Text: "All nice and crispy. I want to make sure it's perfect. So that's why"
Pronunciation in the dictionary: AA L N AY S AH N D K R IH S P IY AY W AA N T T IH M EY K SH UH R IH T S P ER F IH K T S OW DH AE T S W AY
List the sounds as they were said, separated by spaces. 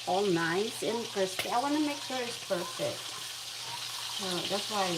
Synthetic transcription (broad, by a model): AA L N AY S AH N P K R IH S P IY AY W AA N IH M EY K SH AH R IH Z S P ER F IH K T S OW DH AE T S W AY